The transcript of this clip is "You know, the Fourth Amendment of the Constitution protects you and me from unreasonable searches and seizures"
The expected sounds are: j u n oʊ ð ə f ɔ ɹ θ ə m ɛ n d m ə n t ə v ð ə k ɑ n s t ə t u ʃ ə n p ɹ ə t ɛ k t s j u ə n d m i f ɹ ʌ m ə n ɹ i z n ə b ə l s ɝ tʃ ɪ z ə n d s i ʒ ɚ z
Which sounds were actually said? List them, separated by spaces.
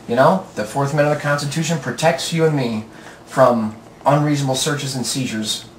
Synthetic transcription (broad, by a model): j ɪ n oʊ ð ə f ɔ ɹ θ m m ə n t ə v ð ə k ɑ n s t ə t u ʃ ə n p ɹ ə t ɛ k t s j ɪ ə n m i f ɹ ʌ m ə n ɹ i z n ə b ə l s ɝ tʃ ɪ z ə n s i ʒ ɚ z